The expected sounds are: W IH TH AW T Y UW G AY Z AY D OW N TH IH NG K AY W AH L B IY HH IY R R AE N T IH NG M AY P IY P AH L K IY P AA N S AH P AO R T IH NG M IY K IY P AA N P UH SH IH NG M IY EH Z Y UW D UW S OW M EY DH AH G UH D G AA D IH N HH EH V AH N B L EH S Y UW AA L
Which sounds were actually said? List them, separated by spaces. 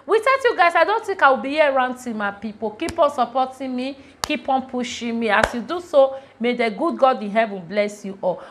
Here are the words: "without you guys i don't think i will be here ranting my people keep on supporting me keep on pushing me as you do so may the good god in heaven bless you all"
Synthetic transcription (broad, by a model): W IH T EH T Y UW G AY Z AY D OW N T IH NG K AY W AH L B IY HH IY R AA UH N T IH M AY P IY P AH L K IY P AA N S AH P AO T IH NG M IY K IY P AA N P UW SH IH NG M IY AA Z Y UW D UW S OW M EY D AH G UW D G AA D IH N HH EH V AH N B L EH S Y UW AA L